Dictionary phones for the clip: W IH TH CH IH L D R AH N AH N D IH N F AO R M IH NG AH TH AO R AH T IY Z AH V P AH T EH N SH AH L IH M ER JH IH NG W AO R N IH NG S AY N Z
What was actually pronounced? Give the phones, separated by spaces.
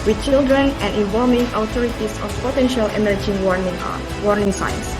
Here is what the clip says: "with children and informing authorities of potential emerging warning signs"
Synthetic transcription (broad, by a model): W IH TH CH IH L D R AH N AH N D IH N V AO L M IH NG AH T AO R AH T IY S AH F P AH T EH N SH AH L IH M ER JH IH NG W AO R N IH NG S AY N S